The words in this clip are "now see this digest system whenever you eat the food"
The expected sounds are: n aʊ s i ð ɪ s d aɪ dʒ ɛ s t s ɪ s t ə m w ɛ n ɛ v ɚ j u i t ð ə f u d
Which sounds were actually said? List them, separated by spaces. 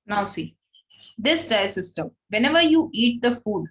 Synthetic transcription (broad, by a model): n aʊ s i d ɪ s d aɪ ɛ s s ɪ s t ə m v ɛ n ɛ v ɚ j u i t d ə f u d